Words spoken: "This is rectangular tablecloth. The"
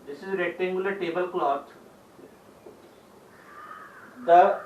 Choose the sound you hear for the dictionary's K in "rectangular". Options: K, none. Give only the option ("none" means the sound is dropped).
none